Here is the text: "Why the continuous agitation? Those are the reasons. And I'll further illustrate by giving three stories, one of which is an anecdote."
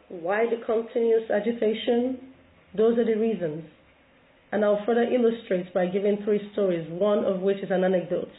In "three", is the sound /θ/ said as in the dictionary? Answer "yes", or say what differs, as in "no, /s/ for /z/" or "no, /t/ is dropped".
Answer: yes